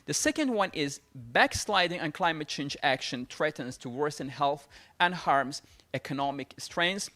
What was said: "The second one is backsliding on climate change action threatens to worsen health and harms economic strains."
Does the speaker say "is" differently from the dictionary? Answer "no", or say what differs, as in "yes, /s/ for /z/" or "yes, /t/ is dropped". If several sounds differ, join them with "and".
no